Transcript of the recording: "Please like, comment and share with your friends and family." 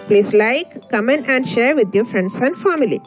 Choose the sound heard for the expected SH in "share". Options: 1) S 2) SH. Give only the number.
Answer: 2